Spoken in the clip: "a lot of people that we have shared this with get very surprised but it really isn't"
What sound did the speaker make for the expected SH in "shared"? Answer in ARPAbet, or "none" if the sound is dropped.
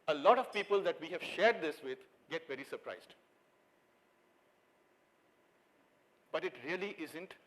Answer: SH